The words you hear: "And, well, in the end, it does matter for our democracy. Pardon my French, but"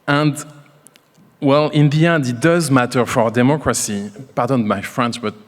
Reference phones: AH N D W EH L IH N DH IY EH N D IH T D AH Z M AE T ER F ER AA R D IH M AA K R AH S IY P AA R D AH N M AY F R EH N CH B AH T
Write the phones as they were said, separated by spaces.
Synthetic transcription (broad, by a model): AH N D W EH L IH N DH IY EH N D IH T D AH Z M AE T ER F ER AA R D IH M AA K R AH S IY P AA R D AH N M AY F R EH N S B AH T